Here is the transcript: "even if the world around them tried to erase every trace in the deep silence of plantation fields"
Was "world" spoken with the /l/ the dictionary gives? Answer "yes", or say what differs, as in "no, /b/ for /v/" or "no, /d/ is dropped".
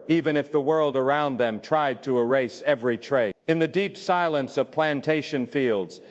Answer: yes